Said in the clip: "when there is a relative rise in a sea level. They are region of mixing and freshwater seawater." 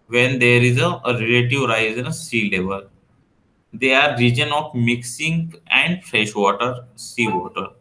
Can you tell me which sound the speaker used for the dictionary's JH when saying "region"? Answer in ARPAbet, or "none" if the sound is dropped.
JH